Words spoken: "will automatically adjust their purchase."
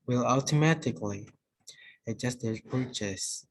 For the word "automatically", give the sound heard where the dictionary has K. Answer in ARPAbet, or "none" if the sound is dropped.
K